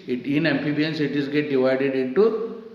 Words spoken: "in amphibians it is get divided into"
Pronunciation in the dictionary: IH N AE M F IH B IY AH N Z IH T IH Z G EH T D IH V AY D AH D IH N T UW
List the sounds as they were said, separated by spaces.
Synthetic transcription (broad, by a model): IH N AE M P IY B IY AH N S IH T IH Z G EH T D IH V AY D AH D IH N T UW